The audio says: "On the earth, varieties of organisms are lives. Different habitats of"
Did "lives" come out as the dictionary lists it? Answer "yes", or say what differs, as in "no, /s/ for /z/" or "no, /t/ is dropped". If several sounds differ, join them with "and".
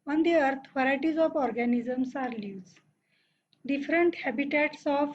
no, /v/ is dropped